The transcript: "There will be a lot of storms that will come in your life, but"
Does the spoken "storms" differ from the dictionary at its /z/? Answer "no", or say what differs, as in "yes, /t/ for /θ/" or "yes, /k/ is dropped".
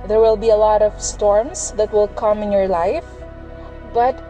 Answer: yes, /s/ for /z/